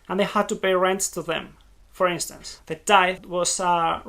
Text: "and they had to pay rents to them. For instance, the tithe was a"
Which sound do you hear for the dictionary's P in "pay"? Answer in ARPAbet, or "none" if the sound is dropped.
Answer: B